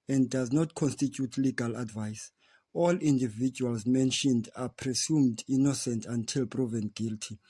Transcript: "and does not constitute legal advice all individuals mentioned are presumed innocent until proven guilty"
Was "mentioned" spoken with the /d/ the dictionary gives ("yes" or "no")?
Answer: yes